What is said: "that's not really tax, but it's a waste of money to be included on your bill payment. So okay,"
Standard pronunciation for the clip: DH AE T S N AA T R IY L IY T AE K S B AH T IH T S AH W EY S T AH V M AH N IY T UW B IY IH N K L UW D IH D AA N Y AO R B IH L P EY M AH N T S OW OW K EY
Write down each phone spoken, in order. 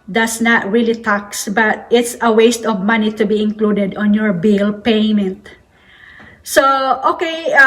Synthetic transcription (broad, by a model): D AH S N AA T R IY L IY T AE K S B AH T IH T S AH W EY S T AH V M AH N IY T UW B IY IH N K L UW D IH D AA N Y AO R B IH L P EY M AH N T S OW OW K EY